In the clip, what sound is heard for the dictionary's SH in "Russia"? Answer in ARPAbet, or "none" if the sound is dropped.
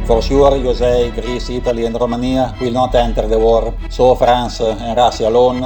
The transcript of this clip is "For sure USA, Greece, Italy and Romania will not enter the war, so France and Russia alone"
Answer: S